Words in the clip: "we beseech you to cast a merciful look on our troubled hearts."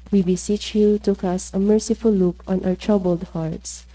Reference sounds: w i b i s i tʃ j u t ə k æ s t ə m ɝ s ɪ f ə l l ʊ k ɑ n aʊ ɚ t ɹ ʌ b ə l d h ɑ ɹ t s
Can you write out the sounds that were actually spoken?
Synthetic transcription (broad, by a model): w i b i s i tʃ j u t ə k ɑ s ə m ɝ s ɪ f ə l l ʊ k ɑ n aʊ ɚ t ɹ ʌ b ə l d h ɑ ɹ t s